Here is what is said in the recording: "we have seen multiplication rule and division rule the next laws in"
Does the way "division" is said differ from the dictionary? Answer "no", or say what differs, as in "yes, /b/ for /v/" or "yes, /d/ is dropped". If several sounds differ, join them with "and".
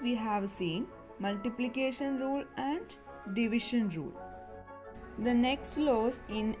yes, /ʃ/ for /ʒ/